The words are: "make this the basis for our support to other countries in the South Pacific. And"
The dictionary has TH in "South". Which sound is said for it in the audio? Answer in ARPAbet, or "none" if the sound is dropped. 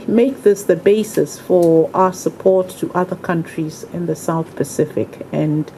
TH